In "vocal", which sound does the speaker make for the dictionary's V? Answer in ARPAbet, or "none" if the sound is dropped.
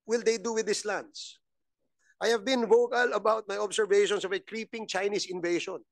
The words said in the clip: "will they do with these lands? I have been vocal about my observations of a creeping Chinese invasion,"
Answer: V